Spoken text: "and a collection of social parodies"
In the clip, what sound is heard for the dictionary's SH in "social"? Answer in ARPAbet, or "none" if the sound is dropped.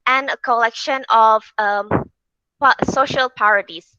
SH